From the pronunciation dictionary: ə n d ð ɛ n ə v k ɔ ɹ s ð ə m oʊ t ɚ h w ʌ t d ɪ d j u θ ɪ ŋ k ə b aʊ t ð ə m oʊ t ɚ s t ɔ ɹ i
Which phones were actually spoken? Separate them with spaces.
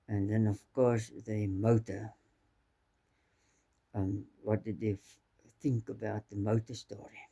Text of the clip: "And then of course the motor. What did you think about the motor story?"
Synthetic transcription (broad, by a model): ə n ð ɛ n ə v k ɔ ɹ s ð ə m oʊ t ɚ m w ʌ t d ɪ d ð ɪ θ ɪ ŋ k ə b aʊ t ð ə m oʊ t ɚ s t ɔ ɹ i